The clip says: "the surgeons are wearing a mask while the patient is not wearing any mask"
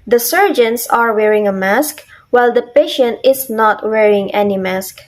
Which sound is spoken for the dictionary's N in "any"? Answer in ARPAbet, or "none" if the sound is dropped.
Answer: N